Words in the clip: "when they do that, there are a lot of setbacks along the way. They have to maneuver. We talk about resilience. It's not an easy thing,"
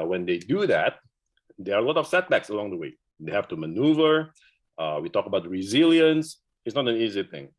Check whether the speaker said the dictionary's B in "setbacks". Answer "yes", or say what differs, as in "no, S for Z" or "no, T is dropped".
yes